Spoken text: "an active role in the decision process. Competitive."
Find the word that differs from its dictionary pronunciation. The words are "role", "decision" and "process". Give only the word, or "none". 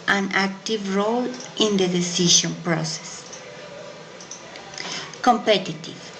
decision